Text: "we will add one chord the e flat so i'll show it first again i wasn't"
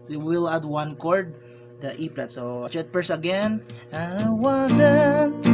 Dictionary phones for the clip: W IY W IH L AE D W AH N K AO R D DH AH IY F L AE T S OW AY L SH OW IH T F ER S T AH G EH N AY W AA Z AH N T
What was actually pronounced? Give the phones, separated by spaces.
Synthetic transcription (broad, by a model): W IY W IH L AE D W AH N K AO R D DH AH IY P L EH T S OW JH IH T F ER S AH G EH N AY W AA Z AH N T